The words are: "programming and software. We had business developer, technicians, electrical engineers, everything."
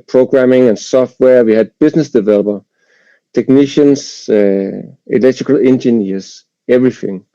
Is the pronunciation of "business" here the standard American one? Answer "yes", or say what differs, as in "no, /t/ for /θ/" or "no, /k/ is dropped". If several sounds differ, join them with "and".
no, /s/ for /z/